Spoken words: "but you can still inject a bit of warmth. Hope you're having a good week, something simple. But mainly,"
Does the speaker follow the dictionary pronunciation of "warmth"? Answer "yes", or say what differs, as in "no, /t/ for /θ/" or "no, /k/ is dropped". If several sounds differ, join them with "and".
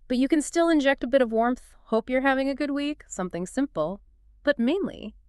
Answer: yes